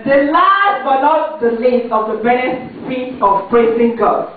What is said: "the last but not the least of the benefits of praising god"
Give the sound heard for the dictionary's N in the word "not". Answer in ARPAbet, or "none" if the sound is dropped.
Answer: L